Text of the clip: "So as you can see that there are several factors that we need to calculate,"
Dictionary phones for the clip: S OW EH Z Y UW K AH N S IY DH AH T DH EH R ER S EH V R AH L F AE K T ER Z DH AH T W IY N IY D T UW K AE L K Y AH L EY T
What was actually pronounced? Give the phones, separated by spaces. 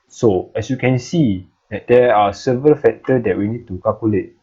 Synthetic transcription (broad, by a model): S OW EH S Y UW K AH N S IY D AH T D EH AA S EH V R AH L F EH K T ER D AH T W IY N IY D T UW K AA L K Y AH L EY T